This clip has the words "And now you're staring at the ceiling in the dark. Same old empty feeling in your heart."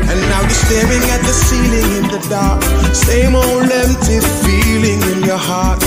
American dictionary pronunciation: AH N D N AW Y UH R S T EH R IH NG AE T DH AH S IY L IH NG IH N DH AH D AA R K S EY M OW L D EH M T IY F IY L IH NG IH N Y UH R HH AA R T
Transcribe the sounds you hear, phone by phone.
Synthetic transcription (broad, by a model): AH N N AW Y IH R S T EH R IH NG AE T DH AH S IY L IH NG IH N DH AH D AA R K S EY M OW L EH M T IY F IY L IH NG IH N Y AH R HH AA R T